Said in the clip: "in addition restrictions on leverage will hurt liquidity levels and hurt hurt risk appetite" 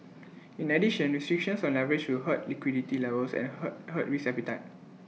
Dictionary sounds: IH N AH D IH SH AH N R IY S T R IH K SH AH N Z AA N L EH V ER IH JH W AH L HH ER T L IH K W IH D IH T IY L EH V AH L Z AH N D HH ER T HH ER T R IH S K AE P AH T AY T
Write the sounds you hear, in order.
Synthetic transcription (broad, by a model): IH N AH D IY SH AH N R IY S T R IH K SH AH N S AA N L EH V ER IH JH W AH L HH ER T L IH K W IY D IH T IY L EH V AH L S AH N HH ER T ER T R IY S EH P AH T AY T